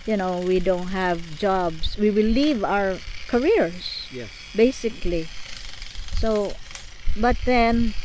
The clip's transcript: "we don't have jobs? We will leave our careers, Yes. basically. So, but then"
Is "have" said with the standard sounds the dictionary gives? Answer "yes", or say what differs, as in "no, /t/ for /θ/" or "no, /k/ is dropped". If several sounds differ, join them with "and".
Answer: yes